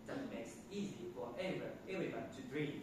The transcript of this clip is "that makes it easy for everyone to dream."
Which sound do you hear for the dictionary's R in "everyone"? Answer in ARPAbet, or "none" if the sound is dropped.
L